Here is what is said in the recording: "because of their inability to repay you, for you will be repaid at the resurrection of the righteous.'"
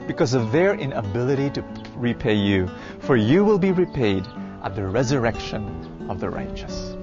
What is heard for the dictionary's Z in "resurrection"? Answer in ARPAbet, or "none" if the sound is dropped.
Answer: Z